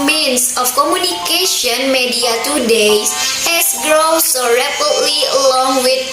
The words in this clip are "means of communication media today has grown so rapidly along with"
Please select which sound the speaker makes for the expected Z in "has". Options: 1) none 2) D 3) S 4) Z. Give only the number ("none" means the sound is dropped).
3